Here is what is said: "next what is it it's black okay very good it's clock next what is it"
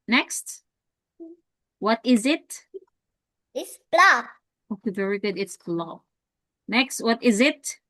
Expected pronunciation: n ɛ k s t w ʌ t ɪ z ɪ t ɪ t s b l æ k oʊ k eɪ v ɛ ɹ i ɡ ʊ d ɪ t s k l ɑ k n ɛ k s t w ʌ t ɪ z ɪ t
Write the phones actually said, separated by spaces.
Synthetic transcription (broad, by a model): n ɛ k s t w ʌ t ɪ z ɪ t ɪ t s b l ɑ oʊ k eɪ v ɛ ɹ i ɡ ʊ d ɪ t s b l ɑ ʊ n ɛ k s t w ʌ t ɪ z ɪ t